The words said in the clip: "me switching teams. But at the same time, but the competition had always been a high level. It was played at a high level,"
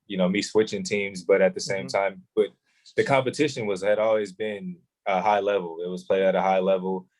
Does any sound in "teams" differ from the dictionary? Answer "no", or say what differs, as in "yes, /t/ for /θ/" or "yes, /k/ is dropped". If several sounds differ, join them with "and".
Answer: no